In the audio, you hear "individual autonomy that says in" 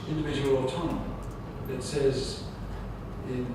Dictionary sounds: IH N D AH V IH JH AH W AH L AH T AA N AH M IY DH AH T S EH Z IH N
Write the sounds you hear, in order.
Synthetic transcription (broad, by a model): IH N D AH V IH JH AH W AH L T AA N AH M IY DH AH T S EH Z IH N